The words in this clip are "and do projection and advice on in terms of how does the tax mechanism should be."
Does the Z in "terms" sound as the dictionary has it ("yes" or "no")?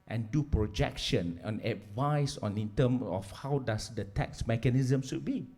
no